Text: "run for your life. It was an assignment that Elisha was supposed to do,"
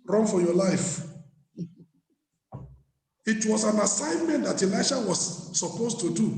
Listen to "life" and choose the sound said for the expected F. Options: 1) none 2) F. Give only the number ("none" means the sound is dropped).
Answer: 2